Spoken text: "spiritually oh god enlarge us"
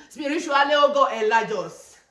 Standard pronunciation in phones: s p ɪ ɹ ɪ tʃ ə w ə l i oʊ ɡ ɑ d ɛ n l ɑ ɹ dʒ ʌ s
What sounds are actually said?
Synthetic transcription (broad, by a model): s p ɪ ɹ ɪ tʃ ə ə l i oʊ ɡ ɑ ɛ l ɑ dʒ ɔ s